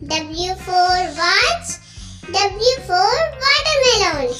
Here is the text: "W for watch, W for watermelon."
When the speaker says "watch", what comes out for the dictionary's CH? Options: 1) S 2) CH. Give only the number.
1